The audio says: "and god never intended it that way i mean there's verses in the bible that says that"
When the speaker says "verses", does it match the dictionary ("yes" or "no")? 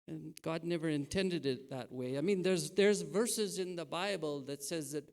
yes